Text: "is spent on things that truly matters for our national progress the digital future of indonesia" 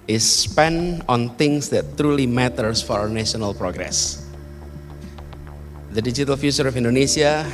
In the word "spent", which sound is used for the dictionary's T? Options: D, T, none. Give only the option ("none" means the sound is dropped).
none